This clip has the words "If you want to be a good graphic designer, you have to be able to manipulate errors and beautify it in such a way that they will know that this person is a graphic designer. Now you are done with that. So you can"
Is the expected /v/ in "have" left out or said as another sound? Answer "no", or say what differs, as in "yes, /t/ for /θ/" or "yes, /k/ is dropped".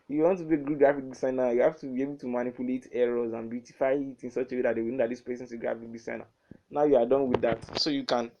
yes, /f/ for /v/